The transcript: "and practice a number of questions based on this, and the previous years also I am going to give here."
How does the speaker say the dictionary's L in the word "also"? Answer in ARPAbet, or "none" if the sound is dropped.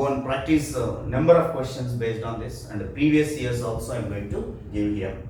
L